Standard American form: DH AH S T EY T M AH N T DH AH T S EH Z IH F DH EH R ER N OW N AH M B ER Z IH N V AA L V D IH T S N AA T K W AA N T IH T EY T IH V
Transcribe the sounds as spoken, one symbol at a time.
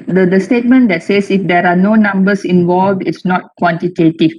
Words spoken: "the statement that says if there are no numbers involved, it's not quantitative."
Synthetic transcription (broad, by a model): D AH S T EY T M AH N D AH T S EH S IH F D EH R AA N OW N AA M B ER S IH N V AA L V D IH T S N AA T K W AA N T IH T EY T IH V